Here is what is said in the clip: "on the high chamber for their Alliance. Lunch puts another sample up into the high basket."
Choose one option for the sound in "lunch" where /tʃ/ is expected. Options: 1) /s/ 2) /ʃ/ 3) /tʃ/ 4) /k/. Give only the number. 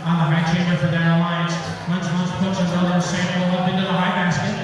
1